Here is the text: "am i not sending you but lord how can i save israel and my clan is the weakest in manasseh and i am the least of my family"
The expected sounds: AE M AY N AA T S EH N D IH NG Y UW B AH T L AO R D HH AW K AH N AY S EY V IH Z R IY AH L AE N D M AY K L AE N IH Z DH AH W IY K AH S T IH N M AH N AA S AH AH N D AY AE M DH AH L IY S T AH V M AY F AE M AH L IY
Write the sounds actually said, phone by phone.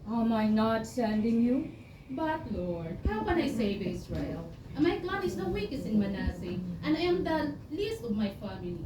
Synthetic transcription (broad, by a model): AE M AY N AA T S EH N D IH NG Y UW B AH T L AO R D HH AW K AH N AY S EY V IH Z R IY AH L M AY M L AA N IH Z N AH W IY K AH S IH N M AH N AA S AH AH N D AY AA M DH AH L IY S T AH V M AY F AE M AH L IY